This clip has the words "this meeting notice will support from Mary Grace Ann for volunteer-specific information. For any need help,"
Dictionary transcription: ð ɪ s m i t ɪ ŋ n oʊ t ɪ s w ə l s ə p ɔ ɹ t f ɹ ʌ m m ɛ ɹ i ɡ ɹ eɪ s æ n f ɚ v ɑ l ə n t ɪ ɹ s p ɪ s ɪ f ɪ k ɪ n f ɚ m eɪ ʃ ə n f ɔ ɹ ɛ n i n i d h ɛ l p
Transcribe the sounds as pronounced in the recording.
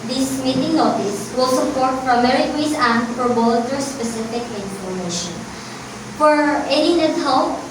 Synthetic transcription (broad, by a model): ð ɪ s m i t ɪ ŋ n oʊ t ɪ s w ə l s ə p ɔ ɹ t p ɹ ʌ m m ɛ ɹ i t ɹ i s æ n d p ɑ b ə l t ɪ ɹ s p ɪ s ɪ f ɪ k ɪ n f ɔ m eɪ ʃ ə n f ɔ ɹ ɛ n i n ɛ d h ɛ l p